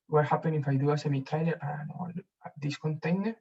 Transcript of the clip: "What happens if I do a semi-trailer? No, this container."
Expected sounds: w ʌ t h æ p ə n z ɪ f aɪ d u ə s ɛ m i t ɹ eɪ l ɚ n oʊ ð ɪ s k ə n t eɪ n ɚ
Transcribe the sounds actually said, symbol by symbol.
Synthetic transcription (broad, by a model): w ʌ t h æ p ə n ɪ f aɪ d u ə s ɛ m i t eɪ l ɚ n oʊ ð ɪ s k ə n t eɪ n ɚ